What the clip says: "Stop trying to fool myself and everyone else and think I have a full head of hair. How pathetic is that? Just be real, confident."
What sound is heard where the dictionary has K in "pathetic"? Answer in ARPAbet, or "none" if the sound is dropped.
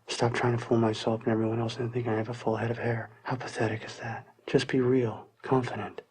K